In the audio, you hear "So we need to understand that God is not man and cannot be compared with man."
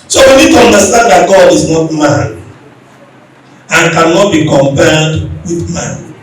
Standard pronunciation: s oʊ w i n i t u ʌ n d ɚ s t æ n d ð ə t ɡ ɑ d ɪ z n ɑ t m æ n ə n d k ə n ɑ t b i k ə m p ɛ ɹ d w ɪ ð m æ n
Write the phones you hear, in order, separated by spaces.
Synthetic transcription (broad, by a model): s oʊ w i n i t u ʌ n d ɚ s t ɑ n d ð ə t ɡ ɑ d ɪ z n ɑ t m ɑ n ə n k ə n ɑ t b i k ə m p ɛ l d w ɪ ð m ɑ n